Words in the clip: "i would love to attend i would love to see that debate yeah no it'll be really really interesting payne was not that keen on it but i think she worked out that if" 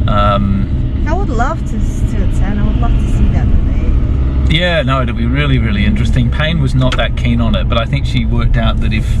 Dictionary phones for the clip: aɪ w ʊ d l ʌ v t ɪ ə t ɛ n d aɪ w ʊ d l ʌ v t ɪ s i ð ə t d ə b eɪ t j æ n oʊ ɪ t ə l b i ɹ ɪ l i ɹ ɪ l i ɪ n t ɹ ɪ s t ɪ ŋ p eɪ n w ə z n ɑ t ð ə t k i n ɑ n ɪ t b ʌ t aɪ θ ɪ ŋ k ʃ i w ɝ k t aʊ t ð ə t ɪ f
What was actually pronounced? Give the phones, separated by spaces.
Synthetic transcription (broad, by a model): aɪ w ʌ d l ʌ v t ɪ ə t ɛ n aɪ w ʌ d l ʌ v t ɪ s i ð ə t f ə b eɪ j æ n oʊ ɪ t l b i ɹ ɪ l i ɹ ɪ l i ɪ n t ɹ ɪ s t ɪ ŋ p eɪ n w ə z n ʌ t ð ə t k i n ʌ n ɪ t b ʌ t aɪ θ ɪ ŋ k ʃ i w ɝ k t aʊ t ð ə t ɪ f